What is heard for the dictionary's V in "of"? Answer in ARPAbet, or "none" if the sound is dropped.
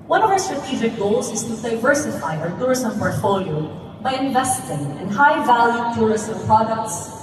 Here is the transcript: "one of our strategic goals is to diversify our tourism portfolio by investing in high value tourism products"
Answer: V